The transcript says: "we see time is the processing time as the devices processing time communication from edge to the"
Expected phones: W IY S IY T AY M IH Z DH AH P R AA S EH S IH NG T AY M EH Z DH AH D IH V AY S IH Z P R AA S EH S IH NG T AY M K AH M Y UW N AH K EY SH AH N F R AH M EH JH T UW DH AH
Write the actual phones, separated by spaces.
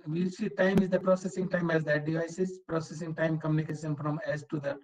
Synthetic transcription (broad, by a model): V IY S IY T AY M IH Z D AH P R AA S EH S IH NG T AY M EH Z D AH D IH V AY S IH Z P R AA S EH S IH NG T AY M K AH M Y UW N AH K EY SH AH N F R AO M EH Z T UW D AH